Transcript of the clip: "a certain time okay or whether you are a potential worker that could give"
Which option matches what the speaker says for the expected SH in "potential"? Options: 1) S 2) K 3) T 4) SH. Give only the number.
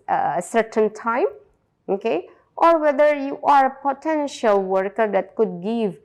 4